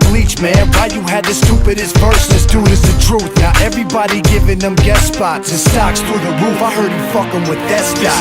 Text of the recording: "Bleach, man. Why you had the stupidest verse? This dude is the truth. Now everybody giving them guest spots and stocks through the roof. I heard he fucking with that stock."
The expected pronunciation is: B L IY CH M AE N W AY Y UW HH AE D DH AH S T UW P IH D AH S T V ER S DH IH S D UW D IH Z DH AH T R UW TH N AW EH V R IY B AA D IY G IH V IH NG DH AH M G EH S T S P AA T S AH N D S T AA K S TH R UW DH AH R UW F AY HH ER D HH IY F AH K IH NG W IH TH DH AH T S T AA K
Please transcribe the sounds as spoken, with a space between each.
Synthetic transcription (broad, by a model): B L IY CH M AE N W AY Y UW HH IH D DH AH S T UW P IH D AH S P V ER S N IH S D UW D IH Z DH AH T R UW TH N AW EH V R IY B AA D IY G IH V IH NG DH AH M G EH T S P AA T AH S T AA K S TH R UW DH AH R UW F AY HH ER D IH F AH K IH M W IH DH AH T S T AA